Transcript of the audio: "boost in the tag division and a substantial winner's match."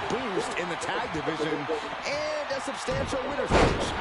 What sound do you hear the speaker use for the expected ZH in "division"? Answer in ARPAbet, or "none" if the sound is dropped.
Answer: ZH